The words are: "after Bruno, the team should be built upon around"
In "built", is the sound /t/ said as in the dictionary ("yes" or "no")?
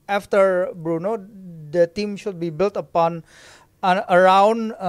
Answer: yes